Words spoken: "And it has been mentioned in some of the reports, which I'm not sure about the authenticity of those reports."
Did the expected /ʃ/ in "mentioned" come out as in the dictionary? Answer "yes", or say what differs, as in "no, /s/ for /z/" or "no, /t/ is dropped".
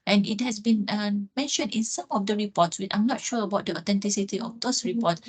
yes